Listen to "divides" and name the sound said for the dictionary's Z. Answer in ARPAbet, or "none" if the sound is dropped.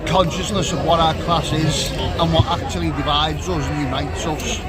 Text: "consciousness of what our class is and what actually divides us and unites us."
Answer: Z